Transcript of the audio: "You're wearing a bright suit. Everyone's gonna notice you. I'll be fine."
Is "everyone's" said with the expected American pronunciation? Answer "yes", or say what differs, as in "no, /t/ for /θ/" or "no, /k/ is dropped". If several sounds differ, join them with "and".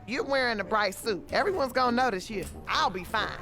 yes